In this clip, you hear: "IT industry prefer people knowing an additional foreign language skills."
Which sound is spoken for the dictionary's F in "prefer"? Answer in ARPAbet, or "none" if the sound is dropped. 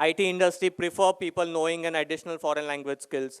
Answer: F